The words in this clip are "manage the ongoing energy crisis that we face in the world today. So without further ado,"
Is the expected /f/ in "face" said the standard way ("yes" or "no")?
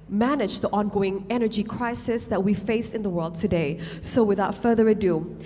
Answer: yes